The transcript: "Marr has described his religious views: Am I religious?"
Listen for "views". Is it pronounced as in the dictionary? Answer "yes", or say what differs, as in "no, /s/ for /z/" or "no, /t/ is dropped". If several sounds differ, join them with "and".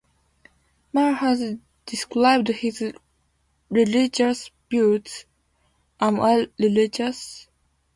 no, /b/ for /v/ and /s/ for /z/